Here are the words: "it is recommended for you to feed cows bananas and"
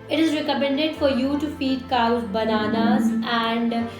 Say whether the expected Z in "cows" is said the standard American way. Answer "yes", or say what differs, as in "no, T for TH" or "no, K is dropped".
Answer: no, Z is dropped